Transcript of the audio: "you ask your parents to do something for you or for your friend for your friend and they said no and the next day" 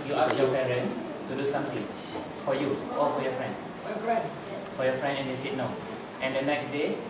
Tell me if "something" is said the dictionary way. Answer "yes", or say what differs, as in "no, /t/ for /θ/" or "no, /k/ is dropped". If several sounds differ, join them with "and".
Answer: no, /t/ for /θ/